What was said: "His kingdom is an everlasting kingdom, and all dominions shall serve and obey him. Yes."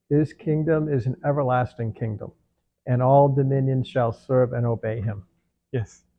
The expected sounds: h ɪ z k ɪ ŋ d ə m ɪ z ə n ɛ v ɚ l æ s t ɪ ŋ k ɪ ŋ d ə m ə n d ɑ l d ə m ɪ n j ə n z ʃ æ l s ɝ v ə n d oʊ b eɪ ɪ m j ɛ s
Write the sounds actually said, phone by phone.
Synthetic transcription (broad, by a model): h ɪ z k ɪ ŋ d ə m ɪ z n ɛ v ɚ l æ s t ɪ ŋ k ɪ ŋ d ə m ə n ɑ l d ə m ɪ n j ə n z ʃ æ l s ɝ v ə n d oʊ b eɪ ɪ m j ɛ s